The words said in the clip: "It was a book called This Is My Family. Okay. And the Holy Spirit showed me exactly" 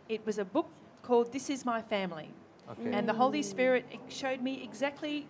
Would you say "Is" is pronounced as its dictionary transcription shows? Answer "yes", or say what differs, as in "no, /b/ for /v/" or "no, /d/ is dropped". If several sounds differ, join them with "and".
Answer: yes